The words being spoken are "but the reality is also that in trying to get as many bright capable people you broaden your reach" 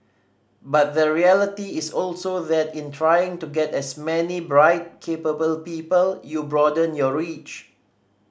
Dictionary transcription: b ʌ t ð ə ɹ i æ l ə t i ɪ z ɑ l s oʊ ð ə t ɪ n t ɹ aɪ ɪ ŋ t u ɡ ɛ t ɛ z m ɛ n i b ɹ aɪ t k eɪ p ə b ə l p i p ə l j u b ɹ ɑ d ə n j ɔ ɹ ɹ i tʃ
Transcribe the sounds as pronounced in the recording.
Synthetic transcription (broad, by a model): b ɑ t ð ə ɹ i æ l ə t i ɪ s ɑ l s oʊ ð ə t ɪ n t ɹ aɪ ɪ ŋ t u ɡ ɛ t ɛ s m ɛ n i b ɹ aɪ t k eɪ p ə b ə l p i p ə l j u b ɹ ɑ d ə n j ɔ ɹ ɹ i tʃ